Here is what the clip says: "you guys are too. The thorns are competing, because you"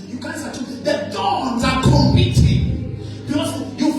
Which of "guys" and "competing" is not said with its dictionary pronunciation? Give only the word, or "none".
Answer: competing